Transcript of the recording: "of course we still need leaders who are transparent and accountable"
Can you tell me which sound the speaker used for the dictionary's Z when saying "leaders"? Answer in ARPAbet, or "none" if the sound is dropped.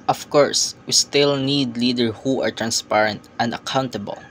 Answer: none